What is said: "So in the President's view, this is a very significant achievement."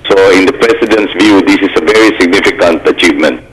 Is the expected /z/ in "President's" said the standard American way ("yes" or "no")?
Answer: no